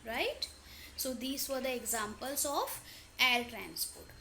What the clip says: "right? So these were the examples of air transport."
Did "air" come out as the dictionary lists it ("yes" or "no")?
no